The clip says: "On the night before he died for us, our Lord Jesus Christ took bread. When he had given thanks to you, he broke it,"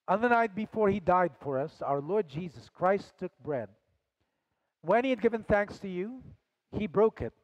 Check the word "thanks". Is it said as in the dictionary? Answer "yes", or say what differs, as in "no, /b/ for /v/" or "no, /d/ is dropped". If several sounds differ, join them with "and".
yes